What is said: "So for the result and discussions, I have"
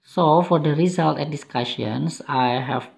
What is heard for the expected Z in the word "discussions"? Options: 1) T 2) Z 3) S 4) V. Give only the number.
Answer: 3